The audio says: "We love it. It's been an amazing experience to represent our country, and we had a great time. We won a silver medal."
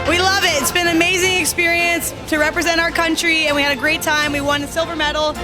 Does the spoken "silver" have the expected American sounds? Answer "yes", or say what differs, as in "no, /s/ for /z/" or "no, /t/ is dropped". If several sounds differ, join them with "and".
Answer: yes